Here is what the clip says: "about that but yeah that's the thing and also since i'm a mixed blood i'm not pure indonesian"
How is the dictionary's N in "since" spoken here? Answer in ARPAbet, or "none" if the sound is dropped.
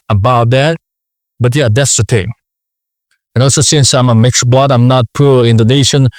N